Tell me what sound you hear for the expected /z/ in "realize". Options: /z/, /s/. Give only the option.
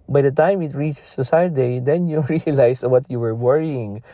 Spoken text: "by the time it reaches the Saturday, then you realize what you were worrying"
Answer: /s/